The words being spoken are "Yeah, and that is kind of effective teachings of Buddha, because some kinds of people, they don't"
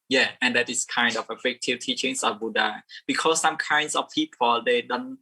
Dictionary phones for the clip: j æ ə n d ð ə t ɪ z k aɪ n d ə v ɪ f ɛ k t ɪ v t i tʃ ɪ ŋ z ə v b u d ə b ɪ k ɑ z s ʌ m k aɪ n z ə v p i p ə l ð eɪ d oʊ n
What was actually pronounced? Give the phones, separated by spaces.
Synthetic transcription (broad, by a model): j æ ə n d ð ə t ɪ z k aɪ n d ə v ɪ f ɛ k t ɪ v t i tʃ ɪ ŋ s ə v b u d ə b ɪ k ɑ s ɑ m k aɪ n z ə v p i p ə l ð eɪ d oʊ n